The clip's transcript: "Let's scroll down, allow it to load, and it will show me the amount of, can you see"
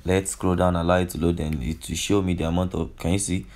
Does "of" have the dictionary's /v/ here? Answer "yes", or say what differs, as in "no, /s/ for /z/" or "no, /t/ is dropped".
no, /f/ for /v/